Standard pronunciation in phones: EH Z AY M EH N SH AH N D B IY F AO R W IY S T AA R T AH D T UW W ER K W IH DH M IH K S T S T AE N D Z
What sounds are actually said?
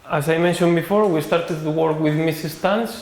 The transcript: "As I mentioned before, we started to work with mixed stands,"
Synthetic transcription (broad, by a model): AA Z AY M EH N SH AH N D B IY F AO R W IY S T AA R T AH D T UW W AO K W IH DH M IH S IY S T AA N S